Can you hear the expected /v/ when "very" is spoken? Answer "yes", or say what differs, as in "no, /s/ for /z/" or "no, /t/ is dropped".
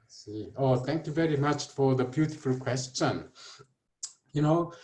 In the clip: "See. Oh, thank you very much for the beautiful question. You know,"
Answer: yes